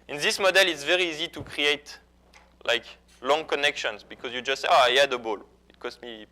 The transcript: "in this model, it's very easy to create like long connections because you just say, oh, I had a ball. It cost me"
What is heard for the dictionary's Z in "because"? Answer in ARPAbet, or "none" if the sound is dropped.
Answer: Z